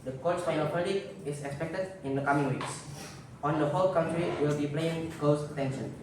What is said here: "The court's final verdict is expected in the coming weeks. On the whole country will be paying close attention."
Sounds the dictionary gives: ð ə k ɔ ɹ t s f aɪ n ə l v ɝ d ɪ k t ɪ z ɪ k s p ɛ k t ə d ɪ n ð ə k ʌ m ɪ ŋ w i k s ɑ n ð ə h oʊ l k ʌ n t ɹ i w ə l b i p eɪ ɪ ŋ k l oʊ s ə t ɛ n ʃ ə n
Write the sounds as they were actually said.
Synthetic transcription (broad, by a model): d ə k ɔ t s f aɪ n ə l p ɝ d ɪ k ɪ s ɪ k s p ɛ k t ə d ɪ n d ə k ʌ m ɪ ŋ w i k s ɑ n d ə h oʊ l k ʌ n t ɹ i w ə l b i p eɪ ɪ ŋ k oʊ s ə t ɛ n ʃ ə n